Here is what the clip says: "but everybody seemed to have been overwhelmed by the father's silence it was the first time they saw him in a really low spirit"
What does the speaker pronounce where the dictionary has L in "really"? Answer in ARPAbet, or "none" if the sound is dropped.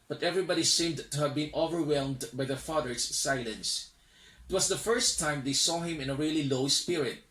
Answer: L